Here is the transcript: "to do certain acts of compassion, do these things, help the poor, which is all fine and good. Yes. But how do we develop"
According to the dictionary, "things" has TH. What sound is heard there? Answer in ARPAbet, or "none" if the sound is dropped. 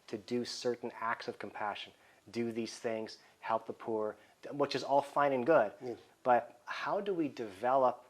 TH